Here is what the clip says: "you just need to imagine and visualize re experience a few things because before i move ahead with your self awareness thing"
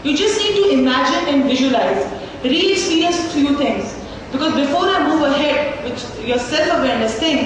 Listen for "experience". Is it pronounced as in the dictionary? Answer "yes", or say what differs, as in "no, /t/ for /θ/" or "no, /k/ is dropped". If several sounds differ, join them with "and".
no, /p/ is dropped and /n/ is dropped